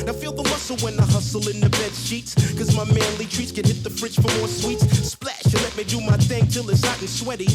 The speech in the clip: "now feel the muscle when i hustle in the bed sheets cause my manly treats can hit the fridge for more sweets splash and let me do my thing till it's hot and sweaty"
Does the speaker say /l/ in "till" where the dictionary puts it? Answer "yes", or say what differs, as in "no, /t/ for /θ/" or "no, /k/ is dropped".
yes